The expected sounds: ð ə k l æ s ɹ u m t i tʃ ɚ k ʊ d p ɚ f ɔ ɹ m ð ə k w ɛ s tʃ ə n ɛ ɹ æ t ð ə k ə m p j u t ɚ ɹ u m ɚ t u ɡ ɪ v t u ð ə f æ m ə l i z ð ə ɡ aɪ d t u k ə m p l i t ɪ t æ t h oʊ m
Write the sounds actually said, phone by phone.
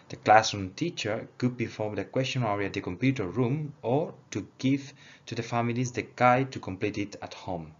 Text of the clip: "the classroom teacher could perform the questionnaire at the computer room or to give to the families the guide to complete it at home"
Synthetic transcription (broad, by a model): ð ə k l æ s u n t i tʃ ɚ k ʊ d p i f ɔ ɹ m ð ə k w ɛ s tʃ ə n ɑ ɹ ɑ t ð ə k ə m p j u t ɚ ɹ u m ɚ t u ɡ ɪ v t u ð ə f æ m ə l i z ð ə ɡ aɪ t u k ə m p l i t ɪ t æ t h oʊ m